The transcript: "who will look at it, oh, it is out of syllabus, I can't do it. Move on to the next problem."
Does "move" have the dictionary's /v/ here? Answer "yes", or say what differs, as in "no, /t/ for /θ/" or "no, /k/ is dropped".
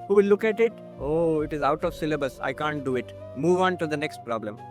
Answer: yes